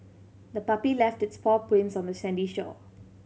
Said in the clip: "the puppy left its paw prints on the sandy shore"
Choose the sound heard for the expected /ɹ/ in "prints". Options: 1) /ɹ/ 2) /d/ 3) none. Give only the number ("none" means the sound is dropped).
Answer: 3